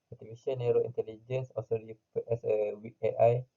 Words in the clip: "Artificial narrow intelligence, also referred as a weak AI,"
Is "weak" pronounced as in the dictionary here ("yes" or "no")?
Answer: no